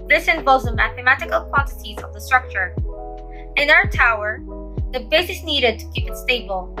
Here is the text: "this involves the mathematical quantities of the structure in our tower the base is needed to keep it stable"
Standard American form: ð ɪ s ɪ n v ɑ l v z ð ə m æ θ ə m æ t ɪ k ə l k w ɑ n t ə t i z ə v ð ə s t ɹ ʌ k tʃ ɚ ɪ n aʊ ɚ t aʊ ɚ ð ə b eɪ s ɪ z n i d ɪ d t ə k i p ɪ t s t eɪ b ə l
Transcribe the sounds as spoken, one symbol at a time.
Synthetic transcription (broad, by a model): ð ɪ s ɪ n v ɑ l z ð ə m æ θ ə m æ t ɪ k ə l k w ɑ n t ə t i z ə v ð ə s t ɹ ʌ k tʃ ɚ ɪ n aʊ ɚ t aʊ ɚ ð ə b eɪ s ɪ s n i d ɪ d t ə k i p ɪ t s t eɪ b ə l